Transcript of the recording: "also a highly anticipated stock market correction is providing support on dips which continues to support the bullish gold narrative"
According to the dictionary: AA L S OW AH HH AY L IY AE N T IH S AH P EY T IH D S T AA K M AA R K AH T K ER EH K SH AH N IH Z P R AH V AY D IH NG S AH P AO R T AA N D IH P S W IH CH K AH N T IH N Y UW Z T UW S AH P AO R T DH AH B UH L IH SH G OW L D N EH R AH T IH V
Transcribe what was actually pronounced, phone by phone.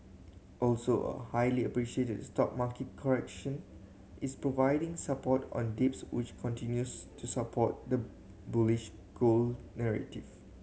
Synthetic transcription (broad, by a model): AA L S OW AH HH AY L IY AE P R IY SH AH EY T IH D S T AA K M AA K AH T K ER EH K SH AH N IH S P R AH V AY D IH NG S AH P AO T AA N D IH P S W IH CH K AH N T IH N Y UW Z T UW S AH P AO T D AH B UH L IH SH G OW L N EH R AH T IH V